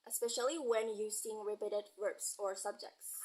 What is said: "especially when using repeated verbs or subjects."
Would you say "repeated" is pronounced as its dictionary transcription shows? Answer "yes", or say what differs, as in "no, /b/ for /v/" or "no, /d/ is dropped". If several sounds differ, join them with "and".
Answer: no, /b/ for /p/